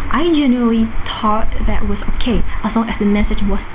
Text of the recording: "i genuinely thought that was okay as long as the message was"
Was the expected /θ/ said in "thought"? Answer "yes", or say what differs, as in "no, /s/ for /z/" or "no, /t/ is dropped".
no, /t/ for /θ/